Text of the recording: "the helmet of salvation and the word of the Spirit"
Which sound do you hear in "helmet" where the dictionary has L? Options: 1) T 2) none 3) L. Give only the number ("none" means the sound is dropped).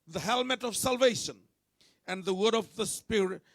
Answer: 3